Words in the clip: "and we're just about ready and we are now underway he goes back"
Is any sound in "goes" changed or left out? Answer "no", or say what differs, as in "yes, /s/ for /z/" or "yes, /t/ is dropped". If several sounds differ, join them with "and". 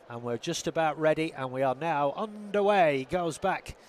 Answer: no